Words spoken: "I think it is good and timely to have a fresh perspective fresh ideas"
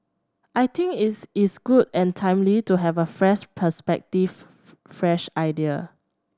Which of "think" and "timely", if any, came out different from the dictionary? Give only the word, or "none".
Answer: think